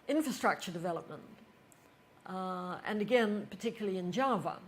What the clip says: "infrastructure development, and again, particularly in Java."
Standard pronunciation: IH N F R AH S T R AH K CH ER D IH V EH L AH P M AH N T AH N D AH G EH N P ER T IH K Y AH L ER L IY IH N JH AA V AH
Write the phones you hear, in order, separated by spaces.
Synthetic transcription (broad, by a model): IH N F R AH S T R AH K CH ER D IH V EH L AH P M AH N T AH N AH G EH N P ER T IH K Y L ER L IY IH N JH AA V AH